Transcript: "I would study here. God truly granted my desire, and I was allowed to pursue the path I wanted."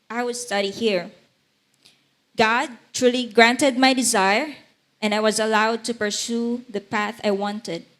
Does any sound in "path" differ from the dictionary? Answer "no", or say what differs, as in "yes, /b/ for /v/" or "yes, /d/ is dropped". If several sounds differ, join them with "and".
no